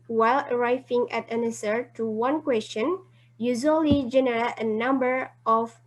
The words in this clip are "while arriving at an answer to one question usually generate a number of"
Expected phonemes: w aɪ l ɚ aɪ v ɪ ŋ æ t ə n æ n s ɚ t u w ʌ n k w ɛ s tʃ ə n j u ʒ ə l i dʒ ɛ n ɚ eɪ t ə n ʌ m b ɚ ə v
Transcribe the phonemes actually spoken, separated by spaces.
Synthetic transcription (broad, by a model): w aɪ l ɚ aɪ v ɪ ŋ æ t ə n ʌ s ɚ t u w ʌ n k w ɛ s tʃ ə n j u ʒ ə l i dʒ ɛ n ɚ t ə n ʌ m b ɚ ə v